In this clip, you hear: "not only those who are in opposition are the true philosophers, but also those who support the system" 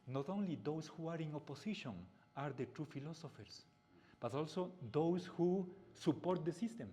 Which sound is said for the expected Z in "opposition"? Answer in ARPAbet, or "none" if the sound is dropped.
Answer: S